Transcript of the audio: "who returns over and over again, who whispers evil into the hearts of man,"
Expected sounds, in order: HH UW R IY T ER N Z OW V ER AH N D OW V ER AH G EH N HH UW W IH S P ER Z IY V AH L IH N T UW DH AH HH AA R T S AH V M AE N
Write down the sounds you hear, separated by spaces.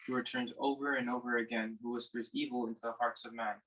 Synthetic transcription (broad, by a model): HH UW W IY T ER N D OW V ER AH N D OW V ER AH G EH N HH UW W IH S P ER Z IY V L IH N T UW DH AH HH AA R T S AH V M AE N